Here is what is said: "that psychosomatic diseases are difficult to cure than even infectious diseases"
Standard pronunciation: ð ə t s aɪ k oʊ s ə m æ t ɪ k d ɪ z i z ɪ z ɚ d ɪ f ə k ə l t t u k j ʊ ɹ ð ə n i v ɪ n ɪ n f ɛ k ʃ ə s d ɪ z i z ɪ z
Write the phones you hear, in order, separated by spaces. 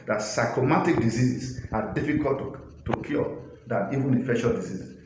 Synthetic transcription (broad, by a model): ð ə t s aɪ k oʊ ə m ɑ t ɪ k d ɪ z i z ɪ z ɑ d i f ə k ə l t t u k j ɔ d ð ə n i v ɪ n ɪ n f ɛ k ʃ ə d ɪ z i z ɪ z